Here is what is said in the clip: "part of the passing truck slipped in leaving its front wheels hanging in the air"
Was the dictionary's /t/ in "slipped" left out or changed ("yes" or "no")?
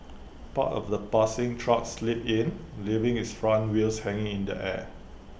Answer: yes